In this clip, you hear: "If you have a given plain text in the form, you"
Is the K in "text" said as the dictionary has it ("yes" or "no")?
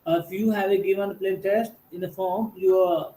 no